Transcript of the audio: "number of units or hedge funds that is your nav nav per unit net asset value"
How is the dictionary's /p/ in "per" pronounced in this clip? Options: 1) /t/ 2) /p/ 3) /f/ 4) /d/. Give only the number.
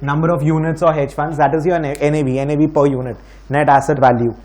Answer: 2